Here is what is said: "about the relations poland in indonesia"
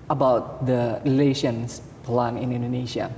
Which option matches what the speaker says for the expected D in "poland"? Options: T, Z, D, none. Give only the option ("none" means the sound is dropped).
none